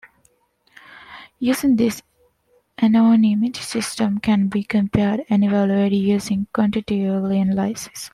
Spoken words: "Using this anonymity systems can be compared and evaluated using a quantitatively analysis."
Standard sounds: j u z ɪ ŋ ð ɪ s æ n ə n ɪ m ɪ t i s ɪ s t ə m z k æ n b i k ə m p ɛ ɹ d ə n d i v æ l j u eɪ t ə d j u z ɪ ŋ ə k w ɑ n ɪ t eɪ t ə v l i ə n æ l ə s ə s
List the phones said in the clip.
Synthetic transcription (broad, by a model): j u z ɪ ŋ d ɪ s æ n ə n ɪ m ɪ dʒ s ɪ s t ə m k æ n b i k ə m p ɛ ɹ d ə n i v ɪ l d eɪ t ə j u z ɪ ŋ k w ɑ n t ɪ t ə l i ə n l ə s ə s